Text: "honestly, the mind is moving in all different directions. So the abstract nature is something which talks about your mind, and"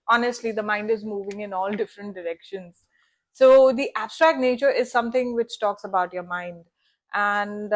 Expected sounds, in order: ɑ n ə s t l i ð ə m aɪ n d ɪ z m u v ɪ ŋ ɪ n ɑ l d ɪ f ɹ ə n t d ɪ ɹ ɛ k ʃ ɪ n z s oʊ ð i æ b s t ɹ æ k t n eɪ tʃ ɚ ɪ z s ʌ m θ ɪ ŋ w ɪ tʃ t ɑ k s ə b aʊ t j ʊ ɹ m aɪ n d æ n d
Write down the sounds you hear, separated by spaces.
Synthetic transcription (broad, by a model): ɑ n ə s t l i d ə m aɪ n d ɪ z m u v ɪ ŋ ɪ n ɑ l d ɪ f ɹ ə n t d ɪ ɹ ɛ k ʃ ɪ n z s oʊ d i æ b s t ɹ æ k t n eɪ tʃ ɚ ɪ z s ʌ m t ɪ ŋ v ɪ tʃ t ɑ k s ə b aʊ t j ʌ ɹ m aɪ n d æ n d